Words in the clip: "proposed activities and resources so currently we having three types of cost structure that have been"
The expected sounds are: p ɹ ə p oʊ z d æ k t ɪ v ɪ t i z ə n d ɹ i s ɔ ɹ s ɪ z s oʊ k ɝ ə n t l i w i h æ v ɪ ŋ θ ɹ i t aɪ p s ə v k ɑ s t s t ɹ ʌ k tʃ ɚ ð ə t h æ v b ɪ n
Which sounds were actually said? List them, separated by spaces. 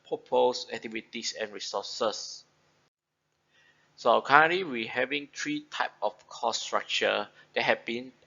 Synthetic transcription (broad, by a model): p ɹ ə p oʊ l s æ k t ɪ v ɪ t i s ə n ɹ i s ɔ s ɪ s s oʊ k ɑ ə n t l i w i h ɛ v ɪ ŋ t ɹ i t aɪ p ə f k ɑ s s t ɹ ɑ k tʃ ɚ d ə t h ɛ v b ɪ n